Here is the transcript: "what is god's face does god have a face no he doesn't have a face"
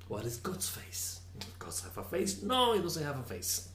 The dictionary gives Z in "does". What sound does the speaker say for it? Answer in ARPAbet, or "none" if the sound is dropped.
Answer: S